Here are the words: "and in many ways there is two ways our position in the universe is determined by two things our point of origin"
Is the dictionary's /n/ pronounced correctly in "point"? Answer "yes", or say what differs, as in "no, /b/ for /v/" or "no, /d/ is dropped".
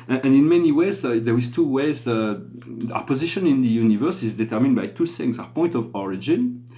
yes